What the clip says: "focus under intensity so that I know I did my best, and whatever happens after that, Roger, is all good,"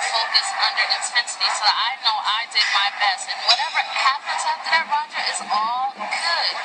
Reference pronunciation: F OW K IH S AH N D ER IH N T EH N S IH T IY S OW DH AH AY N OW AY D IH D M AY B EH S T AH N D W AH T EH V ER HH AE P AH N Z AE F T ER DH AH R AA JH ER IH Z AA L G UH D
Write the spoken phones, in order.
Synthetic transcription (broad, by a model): F OW K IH S AH N D ER IH N T EH N S IH T IY S OW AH AY N OW AY D IH D M AY B EH S T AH N W AH T EH V ER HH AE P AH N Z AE T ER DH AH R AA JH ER IH Z AA L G UH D